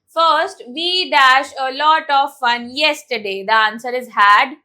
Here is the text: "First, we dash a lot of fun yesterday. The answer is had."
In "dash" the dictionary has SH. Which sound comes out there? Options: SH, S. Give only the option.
SH